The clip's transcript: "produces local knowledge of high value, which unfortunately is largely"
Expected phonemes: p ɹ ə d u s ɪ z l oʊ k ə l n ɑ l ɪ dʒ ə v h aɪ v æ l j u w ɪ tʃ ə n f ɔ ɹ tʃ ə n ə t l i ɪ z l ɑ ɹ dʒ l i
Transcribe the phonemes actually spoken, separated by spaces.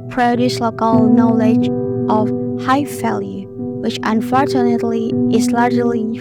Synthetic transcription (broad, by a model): p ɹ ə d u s l oʊ k ə l n ɑ l ɪ dʒ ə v h aɪ f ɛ l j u w ɪ tʃ ə n f ɔ ɹ tʃ ə n ə t l i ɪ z l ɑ ɹ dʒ l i